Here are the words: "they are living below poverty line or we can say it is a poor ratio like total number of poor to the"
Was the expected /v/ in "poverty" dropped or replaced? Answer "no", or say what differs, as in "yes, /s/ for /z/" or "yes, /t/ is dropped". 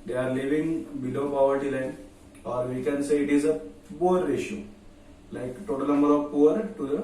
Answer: no